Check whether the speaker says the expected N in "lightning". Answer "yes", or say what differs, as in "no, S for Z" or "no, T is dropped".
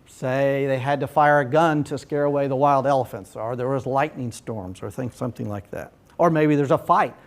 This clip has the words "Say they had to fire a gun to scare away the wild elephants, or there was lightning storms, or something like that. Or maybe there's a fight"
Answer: yes